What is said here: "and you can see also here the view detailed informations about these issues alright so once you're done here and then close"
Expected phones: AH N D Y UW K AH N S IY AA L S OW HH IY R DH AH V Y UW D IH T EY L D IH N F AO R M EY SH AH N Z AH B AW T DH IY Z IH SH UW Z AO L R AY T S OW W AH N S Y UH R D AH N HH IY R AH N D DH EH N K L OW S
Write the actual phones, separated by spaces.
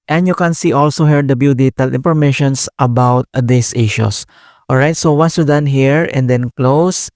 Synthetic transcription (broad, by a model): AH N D Y UW K AH N S IY AA L S OW HH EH R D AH B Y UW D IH T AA L IH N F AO R M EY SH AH N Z AH B AW T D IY S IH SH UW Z AO L R AY T S OW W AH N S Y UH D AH N HH IY R AH N D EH N K L OW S